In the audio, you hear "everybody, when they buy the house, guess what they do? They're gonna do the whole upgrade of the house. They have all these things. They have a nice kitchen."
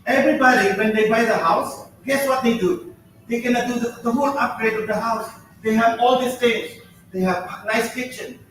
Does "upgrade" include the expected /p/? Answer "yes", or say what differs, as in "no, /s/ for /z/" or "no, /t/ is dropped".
yes